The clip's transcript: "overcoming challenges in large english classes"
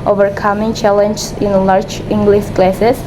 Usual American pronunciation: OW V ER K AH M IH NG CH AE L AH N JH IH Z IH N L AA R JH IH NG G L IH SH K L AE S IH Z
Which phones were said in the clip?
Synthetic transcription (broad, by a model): OW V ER K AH M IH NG CH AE L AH N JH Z IH N L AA R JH IH NG G L IH SH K L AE S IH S